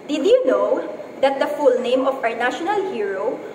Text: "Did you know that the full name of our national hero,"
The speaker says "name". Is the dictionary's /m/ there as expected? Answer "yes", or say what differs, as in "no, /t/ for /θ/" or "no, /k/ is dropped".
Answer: yes